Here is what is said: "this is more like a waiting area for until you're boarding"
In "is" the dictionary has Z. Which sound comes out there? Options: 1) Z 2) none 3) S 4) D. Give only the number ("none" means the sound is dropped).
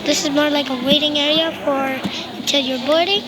1